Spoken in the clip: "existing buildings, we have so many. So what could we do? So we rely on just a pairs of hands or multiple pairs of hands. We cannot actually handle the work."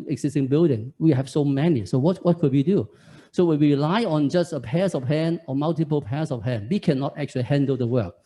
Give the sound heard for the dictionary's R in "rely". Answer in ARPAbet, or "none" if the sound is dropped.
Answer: W